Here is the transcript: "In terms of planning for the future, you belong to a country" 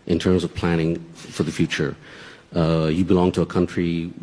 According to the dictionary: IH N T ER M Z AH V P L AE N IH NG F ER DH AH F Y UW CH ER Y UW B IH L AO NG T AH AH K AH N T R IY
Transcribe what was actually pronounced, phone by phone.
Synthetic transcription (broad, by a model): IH N T ER M Z AH V P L AE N IH NG F ER DH AH F Y UW CH ER Y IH B IH L AO NG T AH AH K AH N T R IY